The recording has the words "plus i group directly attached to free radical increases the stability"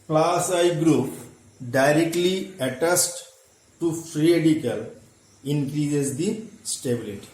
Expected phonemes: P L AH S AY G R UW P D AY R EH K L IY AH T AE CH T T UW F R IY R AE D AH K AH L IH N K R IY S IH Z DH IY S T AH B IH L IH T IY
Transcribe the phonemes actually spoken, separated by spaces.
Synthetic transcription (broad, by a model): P L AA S AY G R UW P D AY R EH K L IY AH T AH S T T UW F R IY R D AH K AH L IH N K R IY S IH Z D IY S T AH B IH L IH T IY